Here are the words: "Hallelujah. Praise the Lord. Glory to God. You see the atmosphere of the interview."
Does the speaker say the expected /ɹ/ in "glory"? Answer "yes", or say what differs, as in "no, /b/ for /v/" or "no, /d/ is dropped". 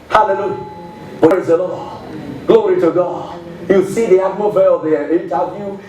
yes